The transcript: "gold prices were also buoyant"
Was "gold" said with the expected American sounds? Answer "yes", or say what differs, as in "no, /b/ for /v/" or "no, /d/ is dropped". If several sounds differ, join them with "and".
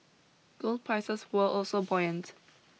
yes